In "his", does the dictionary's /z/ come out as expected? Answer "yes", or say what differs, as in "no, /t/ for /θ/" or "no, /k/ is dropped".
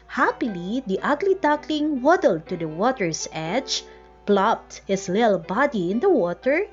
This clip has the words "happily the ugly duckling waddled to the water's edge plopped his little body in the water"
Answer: no, /s/ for /z/